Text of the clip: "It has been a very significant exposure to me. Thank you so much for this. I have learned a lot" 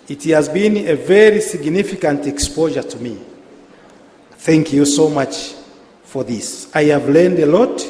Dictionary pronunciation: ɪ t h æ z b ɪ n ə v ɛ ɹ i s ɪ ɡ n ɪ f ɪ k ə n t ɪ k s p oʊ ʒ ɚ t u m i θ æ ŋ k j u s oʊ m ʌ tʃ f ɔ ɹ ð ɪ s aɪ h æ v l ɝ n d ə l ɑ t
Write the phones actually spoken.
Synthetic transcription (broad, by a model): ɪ t h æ z b ɪ n ə v ɛ ɹ i s ɪ ɡ n ɪ f ɪ k ə n t ɪ k s p oʊ ʒ ɚ t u m i θ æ ŋ k j u s oʊ m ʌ tʃ f ɔ ɹ ð ɪ s aɪ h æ v l ɝ n d ə l ɑ t